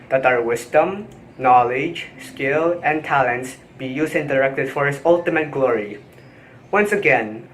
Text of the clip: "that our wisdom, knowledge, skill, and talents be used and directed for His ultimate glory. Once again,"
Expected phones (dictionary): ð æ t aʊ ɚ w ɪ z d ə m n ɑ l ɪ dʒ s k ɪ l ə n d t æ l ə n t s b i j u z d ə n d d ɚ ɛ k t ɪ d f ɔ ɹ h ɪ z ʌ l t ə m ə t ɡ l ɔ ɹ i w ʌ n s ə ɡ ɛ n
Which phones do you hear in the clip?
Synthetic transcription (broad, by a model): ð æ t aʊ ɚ w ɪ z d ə m n ɑ l ɪ dʒ s k ɪ l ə n t æ l ə n t s b i j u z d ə n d d ɚ ɛ k t ɪ d f ɔ ɹ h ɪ s ʌ l t ə m ə t ɡ l ɔ ɹ i w ʌ n s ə ɡ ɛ n